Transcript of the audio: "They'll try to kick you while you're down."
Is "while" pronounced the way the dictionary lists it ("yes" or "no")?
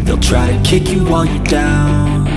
no